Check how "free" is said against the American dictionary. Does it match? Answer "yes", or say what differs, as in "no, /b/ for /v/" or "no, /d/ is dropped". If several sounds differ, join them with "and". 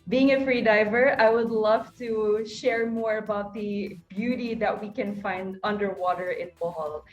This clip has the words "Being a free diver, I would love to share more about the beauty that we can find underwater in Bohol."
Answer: yes